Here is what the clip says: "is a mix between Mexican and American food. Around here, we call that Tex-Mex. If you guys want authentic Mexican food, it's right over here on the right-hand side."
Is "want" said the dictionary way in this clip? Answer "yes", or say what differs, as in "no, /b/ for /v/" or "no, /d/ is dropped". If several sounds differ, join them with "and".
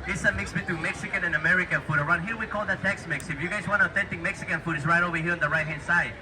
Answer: no, /t/ is dropped